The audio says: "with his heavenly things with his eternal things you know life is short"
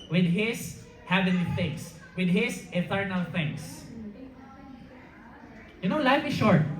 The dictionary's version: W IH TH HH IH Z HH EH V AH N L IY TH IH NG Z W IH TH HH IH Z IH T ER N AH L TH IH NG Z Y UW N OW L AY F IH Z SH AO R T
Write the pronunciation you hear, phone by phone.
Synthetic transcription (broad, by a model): W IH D HH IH S HH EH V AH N IY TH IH NG S W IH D HH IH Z IH T ER N AH L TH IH NG S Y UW N OW L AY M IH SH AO R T